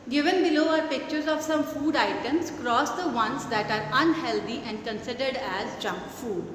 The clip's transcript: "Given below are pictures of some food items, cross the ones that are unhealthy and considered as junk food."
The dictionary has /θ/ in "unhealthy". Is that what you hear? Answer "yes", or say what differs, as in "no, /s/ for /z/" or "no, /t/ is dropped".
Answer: no, /t/ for /θ/